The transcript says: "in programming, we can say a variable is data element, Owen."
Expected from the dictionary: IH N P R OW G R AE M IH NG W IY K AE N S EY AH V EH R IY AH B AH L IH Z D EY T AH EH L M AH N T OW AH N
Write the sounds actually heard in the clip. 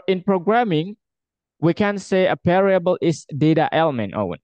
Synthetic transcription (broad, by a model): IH N P R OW G R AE M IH NG W IY K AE N S EY AH P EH R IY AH B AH L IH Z D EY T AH EH L M AH N T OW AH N